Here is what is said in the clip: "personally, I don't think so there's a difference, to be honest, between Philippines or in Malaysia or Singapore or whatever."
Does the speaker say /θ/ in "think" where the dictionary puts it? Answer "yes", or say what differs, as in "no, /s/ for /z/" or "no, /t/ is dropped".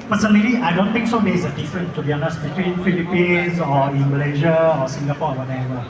no, /t/ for /θ/